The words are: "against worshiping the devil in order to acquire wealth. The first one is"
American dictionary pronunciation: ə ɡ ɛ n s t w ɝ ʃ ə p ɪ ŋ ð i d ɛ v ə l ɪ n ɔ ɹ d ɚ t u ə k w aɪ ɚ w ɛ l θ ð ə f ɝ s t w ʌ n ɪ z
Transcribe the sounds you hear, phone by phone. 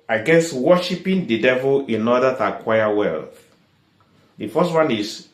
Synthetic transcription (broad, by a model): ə ɡ ɛ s w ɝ ʃ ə p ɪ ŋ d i d ɛ v ə l ɪ n ɔ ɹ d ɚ t u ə k w aɪ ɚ w ɛ l θ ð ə f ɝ s t w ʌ n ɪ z